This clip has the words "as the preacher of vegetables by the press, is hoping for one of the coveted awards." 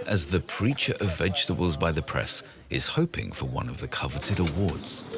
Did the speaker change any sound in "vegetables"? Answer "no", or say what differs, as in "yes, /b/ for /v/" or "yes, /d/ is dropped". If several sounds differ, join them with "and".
no